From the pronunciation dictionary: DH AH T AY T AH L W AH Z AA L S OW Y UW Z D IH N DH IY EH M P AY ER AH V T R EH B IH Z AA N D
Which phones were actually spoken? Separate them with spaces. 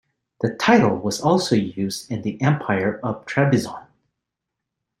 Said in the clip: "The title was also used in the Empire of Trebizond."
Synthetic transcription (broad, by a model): DH AH T AY T L W AH Z AA L S OW Y UW Z D IH N DH IY EH M P AY ER AH V T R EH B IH Z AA N